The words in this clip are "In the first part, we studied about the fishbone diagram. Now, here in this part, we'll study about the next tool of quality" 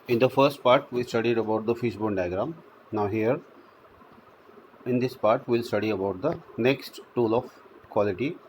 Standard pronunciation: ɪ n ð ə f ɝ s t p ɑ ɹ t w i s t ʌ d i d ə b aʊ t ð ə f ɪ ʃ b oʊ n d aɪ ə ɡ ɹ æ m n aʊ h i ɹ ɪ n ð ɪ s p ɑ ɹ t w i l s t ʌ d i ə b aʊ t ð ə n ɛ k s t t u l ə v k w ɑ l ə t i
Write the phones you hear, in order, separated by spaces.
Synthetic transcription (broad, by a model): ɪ n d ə f ɝ s t p ɑ ɹ t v i s t ʌ d i d ə b aʊ t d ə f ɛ s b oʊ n d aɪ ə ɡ ɹ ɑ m n aʊ h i ɹ ɪ n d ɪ s p ɑ ɹ t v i l s t ʌ d i ə b aʊ t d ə n ɛ k s t t u l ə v k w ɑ l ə t i